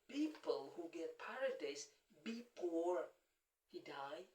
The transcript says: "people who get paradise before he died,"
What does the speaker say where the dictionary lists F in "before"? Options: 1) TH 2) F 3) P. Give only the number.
3